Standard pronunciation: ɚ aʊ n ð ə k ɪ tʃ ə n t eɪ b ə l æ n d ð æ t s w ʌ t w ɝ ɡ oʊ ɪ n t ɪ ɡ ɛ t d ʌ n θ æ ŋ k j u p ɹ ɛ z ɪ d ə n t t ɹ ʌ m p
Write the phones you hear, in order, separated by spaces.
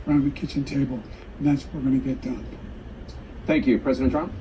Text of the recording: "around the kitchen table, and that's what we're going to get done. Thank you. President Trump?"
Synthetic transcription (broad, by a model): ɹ aʊ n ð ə k ɪ tʃ ə n t eɪ b ə l n ð æ t s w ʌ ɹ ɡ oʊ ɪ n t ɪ ɡ ɛ t d ʌ n θ æ ŋ k j u p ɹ ɛ z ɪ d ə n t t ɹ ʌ m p